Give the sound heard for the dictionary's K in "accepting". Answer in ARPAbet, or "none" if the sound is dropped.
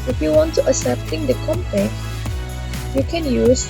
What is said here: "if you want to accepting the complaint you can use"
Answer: none